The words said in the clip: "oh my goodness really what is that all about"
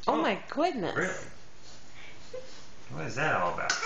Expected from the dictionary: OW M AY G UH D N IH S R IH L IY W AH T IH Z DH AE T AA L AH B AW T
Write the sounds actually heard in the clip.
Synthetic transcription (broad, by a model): OW M AY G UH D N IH R IH L IY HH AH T IH Z DH AE T AA L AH B AW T